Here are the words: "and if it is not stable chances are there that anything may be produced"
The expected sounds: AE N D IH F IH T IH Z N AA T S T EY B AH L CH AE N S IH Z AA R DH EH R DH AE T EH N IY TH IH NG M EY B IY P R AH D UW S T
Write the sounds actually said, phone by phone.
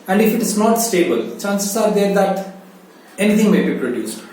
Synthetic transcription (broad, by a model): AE N D IH F IH T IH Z N AA T S T EY B AH L CH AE N S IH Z AA R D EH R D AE T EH N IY T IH NG M EY B IY P R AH D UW S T